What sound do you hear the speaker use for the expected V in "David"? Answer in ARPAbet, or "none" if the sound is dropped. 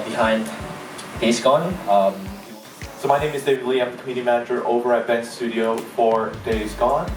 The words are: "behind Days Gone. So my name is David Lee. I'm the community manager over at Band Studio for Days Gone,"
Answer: none